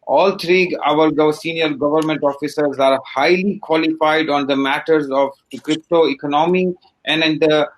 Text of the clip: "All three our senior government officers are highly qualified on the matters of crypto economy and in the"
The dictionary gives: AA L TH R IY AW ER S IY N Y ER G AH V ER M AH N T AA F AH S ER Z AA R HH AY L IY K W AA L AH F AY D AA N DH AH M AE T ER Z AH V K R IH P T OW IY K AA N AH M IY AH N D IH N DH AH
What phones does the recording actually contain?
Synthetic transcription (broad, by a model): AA L T R IY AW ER S IY N Y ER G AH V ER M AH N T AA F AH S ER Z AA R HH AY L IY K W AA L AH F AY D AA N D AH M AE T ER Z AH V K R IH P T OW IY K AA N AH M IY AH N D IH N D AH